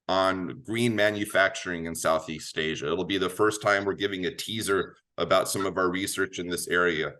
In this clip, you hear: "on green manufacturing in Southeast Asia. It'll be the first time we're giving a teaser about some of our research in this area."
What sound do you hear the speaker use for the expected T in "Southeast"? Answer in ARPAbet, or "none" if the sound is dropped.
T